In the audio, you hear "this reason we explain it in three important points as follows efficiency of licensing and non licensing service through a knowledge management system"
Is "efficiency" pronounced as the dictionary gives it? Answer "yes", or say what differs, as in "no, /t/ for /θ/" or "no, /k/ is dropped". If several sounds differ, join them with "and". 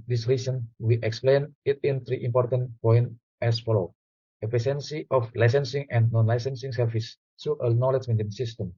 no, /p/ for /f/ and /s/ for /ʃ/